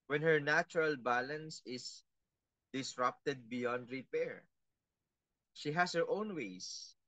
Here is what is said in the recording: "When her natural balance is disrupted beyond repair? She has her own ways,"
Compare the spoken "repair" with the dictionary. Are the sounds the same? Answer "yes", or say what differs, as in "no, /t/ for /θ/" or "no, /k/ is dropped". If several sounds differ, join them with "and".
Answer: yes